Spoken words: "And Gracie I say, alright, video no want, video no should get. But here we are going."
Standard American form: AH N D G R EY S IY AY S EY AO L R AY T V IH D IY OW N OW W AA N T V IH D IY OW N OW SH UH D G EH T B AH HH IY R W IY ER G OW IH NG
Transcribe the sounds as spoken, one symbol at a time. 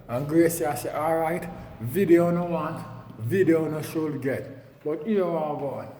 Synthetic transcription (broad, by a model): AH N G R EY S IY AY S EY AO L R AY T V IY D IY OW N OW W AA N T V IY D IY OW N OW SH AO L G EH T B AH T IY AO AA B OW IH